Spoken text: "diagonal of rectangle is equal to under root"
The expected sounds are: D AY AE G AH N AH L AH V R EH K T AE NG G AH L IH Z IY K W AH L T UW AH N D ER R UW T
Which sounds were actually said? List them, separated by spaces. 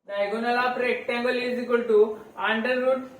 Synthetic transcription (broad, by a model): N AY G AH N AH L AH P R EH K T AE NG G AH L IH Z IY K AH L T UW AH N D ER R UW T